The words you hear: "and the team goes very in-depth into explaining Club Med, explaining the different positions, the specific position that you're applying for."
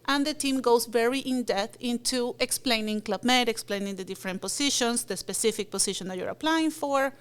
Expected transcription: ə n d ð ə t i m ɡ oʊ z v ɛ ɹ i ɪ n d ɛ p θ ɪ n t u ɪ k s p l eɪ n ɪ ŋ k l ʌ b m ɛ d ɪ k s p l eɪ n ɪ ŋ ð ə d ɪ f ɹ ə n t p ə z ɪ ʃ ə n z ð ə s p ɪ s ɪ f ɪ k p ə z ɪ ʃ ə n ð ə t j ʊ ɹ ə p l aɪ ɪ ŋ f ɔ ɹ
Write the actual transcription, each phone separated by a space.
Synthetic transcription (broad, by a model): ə n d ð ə t i m ɡ oʊ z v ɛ ɹ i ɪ n d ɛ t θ ɪ n t u ɪ k s p l eɪ n ɪ ŋ k l ʌ b m ɛ d ɪ k s p l eɪ n ɪ ŋ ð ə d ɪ f ɹ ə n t p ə s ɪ ʃ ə n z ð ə s p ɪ s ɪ f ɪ k p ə s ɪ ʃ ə n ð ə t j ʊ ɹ ə p l aɪ ɪ ŋ f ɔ ɹ